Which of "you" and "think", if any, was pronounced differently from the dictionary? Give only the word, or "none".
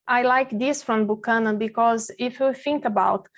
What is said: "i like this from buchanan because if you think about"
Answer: none